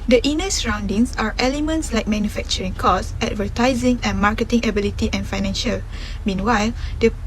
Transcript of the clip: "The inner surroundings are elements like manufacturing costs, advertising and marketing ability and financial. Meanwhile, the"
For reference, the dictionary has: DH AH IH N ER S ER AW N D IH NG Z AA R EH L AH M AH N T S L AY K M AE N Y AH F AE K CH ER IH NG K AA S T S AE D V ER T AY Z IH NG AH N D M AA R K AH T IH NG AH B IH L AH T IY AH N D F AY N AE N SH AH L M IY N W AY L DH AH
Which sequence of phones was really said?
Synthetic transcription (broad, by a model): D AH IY N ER S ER AW N D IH NG S AA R EH L AH M AH N T S L AY K M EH N Y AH F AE K CH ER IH NG K AA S S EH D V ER T AY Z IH NG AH N M AA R K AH T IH NG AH B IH L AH T IY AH N F AY N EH N SH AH L M IY N W AY L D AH